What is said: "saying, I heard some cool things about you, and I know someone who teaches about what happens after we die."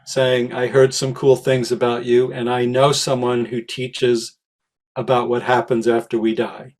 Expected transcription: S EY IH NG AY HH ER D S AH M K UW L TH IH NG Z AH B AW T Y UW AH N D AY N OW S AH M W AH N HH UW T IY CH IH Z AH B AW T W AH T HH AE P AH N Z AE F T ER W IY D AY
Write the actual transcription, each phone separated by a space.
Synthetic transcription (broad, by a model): S EY IH NG AY HH ER D S AH M K UW L TH IH NG Z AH B AW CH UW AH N AY N OW S AH M W AH N HH UW T IY CH IH Z AH B AW T W AH T HH AE P AH N Z AE F T ER W IY D AY